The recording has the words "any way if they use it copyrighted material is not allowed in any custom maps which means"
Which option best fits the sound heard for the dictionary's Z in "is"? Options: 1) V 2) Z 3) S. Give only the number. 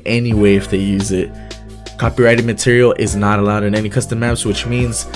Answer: 2